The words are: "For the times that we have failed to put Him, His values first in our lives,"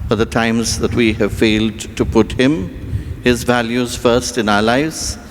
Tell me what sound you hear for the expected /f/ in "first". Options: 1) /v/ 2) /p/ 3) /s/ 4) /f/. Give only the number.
4